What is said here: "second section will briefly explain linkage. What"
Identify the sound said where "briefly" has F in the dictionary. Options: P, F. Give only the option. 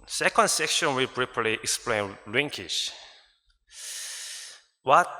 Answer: P